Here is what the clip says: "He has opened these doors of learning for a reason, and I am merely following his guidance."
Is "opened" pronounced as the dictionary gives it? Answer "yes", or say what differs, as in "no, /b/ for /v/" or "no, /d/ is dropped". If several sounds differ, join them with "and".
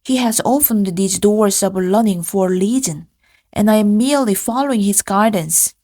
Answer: no, /f/ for /p/